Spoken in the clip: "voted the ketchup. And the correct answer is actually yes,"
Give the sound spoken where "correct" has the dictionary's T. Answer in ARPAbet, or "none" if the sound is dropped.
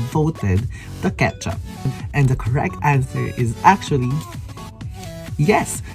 T